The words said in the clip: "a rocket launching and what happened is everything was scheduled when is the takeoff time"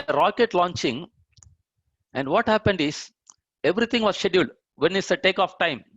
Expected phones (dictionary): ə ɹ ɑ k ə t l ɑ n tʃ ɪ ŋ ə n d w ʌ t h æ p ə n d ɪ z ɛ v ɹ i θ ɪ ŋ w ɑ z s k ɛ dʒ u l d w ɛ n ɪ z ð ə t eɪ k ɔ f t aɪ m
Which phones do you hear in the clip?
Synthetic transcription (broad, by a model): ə ɹ ɑ k ə t l ɑ n tʃ ɪ ŋ ə n d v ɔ t h æ p ə n d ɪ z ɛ v ɹ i t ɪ ŋ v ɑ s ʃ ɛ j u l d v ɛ n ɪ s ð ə t eɪ k ɔ f t aɪ m